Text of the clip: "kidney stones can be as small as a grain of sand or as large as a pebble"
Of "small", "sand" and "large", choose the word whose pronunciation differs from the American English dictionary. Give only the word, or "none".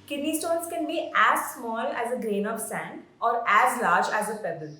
none